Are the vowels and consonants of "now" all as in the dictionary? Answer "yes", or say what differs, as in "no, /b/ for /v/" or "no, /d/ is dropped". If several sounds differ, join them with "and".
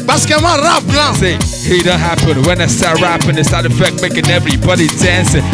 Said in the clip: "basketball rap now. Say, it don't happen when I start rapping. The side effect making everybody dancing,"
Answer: no, /l/ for /n/